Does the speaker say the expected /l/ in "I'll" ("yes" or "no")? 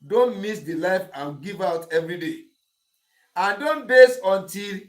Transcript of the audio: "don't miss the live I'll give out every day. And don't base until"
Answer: no